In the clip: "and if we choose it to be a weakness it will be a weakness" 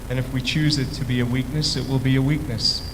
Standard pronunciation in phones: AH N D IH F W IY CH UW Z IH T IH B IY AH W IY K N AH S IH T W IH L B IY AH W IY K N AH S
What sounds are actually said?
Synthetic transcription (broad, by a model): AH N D IH F W IY CH UW Z IH T IH B IY AH W IY K N AH S IH T W IH L B IY AH W IY K N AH S